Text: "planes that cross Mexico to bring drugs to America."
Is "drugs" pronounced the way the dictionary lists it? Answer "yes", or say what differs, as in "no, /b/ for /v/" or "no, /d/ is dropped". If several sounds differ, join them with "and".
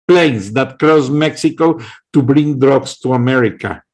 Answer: no, /s/ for /z/